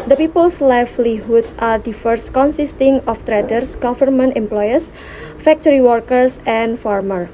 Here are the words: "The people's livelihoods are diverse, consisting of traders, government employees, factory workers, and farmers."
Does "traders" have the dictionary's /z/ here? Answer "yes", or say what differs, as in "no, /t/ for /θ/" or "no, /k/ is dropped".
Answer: no, /s/ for /z/